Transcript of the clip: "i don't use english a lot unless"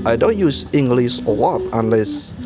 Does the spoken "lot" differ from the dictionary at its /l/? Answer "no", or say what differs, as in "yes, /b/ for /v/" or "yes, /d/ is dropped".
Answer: yes, /w/ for /l/